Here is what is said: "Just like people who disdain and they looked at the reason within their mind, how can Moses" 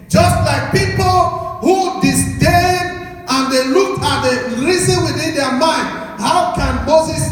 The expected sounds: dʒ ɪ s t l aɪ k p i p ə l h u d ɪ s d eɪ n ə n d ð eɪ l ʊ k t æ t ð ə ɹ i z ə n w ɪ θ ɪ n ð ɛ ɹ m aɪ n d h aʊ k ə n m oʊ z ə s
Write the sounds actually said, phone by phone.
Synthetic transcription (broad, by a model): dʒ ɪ s t l aɪ k p i p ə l h u d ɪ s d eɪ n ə n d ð eɪ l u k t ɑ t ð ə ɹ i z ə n w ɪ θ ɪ n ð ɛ m aɪ n d h aʊ k ə n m oʊ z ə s